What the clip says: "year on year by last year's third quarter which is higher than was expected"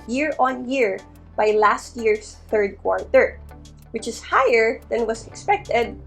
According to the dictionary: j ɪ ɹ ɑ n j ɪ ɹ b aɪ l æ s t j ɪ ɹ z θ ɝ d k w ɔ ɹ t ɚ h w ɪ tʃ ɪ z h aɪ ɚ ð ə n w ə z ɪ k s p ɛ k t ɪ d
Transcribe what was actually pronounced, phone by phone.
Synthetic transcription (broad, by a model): j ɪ ɹ ɑ n j ɪ ɹ b aɪ l æ s t j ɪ ɹ s θ ɝ d k w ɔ ɹ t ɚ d w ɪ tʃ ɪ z h aɪ ɚ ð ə n w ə s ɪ k s p ɛ k t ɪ d